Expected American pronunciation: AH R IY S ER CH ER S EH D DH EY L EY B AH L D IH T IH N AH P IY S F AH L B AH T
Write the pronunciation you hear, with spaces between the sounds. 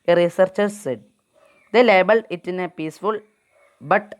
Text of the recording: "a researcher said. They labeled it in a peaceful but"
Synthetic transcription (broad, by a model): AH R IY S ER CH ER S EH D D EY L EY B AH L D IH T IH N AH P IY S F AH L B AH T